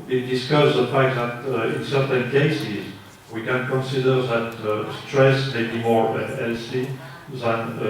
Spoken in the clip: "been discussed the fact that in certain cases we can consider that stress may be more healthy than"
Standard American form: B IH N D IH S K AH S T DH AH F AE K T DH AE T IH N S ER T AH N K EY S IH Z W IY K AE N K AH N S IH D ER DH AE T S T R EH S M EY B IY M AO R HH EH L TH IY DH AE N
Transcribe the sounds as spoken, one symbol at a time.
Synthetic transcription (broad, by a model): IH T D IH S K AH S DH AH F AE K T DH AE T IH N S ER T AH N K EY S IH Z W IY K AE N K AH N S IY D ER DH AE T S T R EH S M EY B IY M AO R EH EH L S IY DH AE N